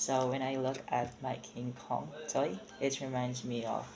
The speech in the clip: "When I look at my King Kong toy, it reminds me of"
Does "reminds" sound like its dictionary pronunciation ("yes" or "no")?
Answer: yes